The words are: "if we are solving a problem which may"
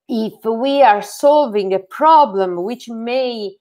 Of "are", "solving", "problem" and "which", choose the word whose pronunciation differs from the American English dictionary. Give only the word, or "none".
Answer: none